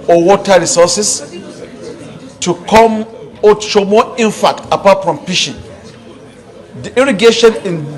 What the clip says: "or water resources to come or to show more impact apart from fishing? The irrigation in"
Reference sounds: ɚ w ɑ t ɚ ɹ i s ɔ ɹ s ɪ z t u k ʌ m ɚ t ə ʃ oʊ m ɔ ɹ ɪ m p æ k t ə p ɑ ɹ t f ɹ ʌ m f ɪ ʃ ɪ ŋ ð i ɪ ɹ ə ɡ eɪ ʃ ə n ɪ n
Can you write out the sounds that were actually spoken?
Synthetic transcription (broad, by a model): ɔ w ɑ t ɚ ɹ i s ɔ s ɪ s t u k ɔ m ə ʃ oʊ m ɔ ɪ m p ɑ k t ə p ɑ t f ɹ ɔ m p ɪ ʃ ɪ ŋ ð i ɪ ɹ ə ɡ eɪ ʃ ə n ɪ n